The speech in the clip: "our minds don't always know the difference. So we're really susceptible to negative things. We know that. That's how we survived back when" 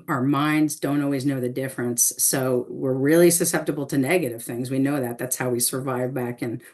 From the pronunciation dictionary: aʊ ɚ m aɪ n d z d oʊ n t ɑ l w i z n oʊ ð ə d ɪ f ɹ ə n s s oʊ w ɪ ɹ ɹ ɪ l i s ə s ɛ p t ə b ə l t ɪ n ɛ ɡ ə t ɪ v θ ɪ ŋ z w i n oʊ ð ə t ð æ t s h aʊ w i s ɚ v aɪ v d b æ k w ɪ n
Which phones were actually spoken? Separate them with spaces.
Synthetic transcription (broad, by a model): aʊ ɚ m aɪ n d z d oʊ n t ɑ l w i z n oʊ ð ə d ɪ f ɹ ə n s s oʊ w ɪ ɹ ɹ ɪ l i s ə s ɛ p t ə b l t ɪ n ɛ ɡ ə t ɪ v θ ɪ ŋ z w i n oʊ ð ə t ð æ t s h aʊ w i s ɚ v aɪ v b æ k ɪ n